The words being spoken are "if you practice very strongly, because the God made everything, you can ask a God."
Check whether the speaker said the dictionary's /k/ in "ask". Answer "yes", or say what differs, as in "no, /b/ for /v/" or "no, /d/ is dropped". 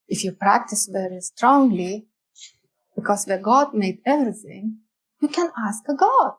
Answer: yes